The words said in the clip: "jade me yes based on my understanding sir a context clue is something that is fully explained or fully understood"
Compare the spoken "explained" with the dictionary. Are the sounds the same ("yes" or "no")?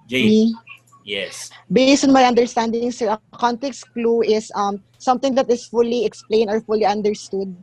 no